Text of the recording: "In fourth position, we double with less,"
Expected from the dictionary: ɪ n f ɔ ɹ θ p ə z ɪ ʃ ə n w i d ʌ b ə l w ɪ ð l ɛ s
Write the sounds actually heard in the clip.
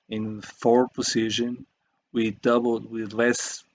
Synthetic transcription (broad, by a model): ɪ n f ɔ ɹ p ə s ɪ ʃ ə n w i d ʌ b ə l w ɪ ð l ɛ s